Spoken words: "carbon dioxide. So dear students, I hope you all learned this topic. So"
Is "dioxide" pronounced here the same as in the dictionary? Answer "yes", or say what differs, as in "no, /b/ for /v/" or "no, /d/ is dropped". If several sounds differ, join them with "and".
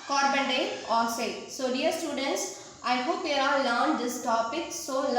no, /k/ is dropped